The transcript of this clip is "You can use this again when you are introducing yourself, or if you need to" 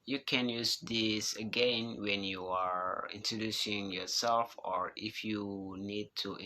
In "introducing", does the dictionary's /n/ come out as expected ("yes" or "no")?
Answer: yes